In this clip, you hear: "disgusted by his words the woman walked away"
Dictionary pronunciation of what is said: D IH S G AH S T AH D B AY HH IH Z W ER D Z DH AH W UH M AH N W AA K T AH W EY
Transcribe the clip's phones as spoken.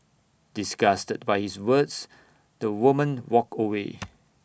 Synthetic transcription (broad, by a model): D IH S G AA S T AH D B AY HH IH S W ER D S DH AH W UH M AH N W AA K AH W EY